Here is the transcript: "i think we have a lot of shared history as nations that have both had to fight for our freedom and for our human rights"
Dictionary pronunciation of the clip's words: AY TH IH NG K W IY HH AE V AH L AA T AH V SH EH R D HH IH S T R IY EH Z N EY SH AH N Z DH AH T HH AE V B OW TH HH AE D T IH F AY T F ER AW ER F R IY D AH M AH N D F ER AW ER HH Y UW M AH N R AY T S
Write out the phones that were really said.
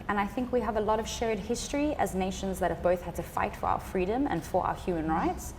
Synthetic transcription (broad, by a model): AY TH IH NG K W IY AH V AH L AA T AH V SH EH R D HH IH S T R IY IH Z N EY SH AH N Z DH AH T HH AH V B OW TH HH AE D T IH F AY T F ER AW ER F R IY D AH M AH N F ER AW ER HH Y UW M AH N R AY T S